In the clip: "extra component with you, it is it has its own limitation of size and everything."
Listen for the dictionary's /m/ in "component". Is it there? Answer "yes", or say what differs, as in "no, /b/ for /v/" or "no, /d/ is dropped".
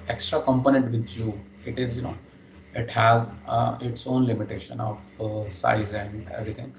yes